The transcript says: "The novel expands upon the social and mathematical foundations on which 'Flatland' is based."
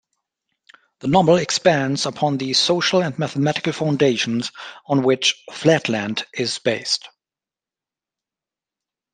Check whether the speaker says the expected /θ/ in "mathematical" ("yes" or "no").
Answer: yes